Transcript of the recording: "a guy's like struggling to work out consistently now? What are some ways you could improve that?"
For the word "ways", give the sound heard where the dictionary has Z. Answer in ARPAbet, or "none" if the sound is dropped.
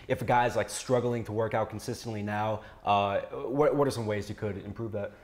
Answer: Z